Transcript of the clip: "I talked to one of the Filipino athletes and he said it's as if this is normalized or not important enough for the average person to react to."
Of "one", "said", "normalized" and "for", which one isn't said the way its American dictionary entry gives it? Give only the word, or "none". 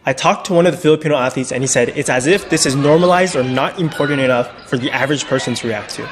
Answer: none